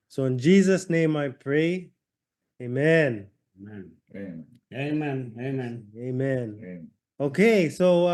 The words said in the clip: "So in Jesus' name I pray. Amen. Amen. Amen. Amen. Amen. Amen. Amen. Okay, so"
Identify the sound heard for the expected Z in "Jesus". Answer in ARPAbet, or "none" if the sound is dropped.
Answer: Z